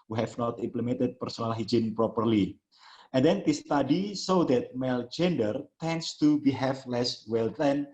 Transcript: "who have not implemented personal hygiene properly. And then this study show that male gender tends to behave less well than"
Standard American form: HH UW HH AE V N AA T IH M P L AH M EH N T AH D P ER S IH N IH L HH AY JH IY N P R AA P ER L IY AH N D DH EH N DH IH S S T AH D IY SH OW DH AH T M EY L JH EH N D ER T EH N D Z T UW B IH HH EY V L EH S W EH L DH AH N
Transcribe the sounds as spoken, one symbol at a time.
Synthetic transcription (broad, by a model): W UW HH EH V N AA T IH M P L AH M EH N T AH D P ER S IH N IH L HH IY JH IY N P R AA P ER L IY AH N D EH N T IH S S T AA D IY S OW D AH T M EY L JH EH N D ER T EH N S T UW B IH HH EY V L EH S W EH L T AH N